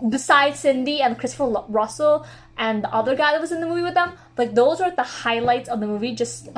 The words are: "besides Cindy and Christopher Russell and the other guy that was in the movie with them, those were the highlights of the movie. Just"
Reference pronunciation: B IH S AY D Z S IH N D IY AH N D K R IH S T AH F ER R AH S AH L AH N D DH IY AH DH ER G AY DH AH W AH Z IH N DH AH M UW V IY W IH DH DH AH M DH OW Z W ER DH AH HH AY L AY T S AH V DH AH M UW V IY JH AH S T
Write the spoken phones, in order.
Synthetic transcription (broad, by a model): B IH S AY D S IH N D IY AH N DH K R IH S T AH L R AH S L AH N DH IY AH DH ER G AY DH AH W AH Z IH N DH AH M UW V IY W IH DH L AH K DH OW Z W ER DH AH HH AY L AY T S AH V DH AH M UW V IY JH AH S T